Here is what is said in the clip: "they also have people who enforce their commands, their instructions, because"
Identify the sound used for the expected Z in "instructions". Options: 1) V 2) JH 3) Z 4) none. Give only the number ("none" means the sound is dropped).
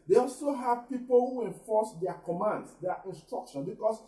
4